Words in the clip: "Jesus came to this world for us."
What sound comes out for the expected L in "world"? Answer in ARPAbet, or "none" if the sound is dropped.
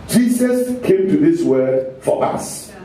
none